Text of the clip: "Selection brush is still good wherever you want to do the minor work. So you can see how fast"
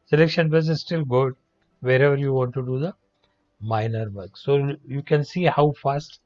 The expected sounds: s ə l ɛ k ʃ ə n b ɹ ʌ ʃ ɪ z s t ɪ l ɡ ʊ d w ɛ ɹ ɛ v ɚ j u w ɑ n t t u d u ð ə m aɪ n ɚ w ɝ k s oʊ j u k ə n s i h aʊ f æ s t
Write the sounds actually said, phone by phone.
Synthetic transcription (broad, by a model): s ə l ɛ k ʃ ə n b ʌ s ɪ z s t ɪ l ɡ ʊ d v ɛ ɹ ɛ v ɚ j u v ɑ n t t u d u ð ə m aɪ n ɚ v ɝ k s oʊ j u k ə n s i h aʊ f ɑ s t